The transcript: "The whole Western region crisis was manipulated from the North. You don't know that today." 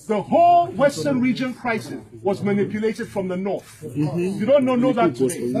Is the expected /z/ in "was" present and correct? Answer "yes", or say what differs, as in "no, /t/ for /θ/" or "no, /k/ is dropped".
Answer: yes